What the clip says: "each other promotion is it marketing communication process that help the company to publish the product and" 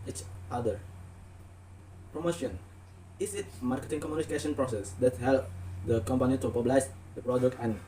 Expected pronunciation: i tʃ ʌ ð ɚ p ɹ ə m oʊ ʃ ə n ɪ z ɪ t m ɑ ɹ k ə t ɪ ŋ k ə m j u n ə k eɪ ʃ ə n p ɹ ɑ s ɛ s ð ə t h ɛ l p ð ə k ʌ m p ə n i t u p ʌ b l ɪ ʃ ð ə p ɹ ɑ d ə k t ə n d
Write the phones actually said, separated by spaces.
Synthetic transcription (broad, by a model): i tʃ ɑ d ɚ p ɹ ə m oʊ ʃ ə n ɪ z ɪ t m ɑ ɹ k ə t ɪ ŋ k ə m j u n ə k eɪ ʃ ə n p ɹ ɑ s ɛ s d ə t h ɛ l p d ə k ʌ m p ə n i t u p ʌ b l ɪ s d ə p ɹ ɑ d ə k t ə n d